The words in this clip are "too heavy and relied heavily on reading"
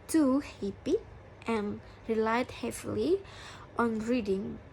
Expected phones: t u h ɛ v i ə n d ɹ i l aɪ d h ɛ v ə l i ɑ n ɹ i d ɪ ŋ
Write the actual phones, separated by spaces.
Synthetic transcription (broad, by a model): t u h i p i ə n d ɹ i l aɪ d h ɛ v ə l i ɑ n ɹ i d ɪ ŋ